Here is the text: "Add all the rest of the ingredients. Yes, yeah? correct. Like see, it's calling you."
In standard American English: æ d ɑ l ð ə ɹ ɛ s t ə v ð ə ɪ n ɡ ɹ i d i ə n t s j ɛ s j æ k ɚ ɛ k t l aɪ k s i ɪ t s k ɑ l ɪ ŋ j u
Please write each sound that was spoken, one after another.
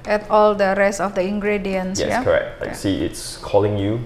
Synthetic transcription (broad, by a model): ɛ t ɑ l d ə ɹ ɛ s t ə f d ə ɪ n ɡ ɹ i d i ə n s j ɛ j k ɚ ɛ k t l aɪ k s i ɪ t s k ɑ l ɪ ŋ j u